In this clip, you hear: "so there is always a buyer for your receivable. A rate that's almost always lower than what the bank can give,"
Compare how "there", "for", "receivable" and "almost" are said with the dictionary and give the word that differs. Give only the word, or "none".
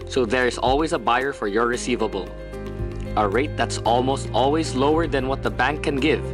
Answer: none